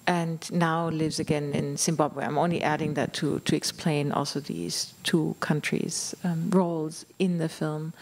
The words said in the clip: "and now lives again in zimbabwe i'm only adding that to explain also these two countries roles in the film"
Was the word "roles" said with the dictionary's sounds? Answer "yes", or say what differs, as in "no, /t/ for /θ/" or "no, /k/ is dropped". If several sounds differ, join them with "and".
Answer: yes